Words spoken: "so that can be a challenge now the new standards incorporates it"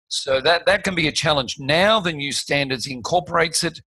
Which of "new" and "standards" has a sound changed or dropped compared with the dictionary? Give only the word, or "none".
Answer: none